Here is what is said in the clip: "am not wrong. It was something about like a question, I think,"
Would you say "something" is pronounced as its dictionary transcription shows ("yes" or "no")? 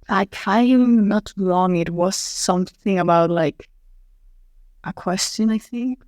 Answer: yes